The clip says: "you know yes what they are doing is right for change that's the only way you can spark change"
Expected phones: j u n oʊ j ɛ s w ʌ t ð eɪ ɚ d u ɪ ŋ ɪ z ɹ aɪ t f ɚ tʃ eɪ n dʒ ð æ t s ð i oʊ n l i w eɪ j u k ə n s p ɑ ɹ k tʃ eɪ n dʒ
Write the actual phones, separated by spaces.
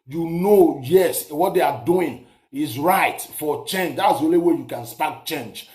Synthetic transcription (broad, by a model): j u n oʊ j ɛ s w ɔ t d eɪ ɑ d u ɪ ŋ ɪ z ɹ aɪ t f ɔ tʃ eɪ n dʒ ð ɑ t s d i oʊ n l i w eɪ j u k ə n s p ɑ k tʃ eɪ n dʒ